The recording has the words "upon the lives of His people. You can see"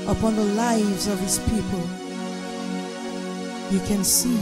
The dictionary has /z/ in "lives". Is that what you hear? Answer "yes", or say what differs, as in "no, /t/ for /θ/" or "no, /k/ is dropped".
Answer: yes